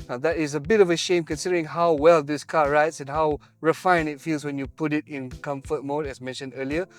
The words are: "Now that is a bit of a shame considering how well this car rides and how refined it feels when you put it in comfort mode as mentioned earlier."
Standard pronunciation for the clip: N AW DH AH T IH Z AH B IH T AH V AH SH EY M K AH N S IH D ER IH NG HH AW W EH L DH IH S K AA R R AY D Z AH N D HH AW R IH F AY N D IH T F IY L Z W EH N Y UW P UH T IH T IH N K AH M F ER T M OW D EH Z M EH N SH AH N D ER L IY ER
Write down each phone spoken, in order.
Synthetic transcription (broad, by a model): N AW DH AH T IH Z AH B IH T AH V AH SH EY M K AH N S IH D ER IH NG HH AW W EH L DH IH S K AA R R AY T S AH N HH AW R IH F AY N IH T F IY L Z W EH N Y UW P UH T IH T IH N K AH M F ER T M OW D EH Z M EH N SH AH N D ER L IY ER